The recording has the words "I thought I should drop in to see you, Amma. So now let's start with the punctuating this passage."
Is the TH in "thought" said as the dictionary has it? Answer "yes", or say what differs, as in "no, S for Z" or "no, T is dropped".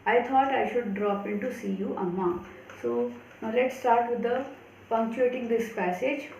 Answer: no, T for TH